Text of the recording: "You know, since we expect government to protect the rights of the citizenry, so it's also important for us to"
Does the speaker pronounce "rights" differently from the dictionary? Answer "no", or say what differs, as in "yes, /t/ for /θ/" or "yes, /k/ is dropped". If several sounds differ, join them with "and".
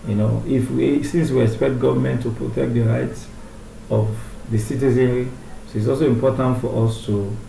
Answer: no